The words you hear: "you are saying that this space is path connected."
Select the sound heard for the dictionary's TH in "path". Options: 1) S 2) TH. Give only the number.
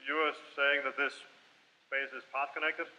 1